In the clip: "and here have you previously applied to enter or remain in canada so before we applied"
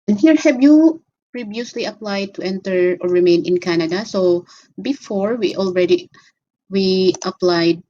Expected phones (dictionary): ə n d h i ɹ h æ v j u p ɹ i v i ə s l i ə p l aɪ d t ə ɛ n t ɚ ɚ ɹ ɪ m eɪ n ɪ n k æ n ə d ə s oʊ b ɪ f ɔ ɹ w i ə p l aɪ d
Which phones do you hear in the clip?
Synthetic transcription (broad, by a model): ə n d h i ɹ h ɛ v j u p ɹ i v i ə s l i ə p l aɪ d t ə ɛ n t ɚ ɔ ɹ ɪ m eɪ n ɪ n k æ n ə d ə s oʊ b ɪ f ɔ ɹ w i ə p l aɪ d